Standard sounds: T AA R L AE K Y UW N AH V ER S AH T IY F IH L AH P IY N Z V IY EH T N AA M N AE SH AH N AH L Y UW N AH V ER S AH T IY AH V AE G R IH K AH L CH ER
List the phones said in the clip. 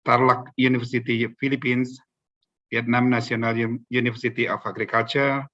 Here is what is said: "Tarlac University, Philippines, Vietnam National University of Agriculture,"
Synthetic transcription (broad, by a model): T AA R L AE K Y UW N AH F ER S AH T IY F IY L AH P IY N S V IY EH T N AA M N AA S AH N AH L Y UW N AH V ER S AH T IY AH F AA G R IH K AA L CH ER